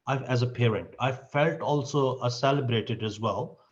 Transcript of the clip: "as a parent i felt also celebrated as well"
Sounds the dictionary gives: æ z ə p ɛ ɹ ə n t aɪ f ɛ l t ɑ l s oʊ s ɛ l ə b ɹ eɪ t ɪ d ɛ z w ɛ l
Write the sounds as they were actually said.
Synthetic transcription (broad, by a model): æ z ə p ɛ ɹ ə n t aɪ f ɛ l t ɑ l s oʊ s ɛ l ə b ɹ eɪ t ɪ d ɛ z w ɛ l